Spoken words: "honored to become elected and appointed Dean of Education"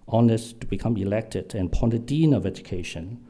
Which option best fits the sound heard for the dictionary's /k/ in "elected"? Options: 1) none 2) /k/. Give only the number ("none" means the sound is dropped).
2